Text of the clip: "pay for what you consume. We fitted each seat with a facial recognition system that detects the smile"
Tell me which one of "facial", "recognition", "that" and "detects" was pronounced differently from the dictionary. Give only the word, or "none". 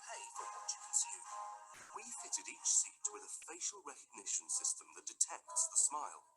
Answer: none